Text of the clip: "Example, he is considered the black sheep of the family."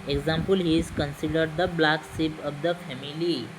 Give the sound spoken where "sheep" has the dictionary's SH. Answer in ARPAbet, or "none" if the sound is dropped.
S